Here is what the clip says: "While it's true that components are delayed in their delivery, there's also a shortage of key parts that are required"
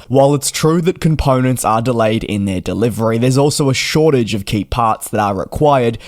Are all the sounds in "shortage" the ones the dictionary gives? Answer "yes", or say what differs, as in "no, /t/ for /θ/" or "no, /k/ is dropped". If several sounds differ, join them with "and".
yes